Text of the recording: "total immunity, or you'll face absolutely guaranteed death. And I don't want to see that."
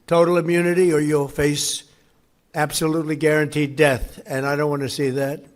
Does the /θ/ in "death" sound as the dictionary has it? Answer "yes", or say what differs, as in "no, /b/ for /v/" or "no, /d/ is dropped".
yes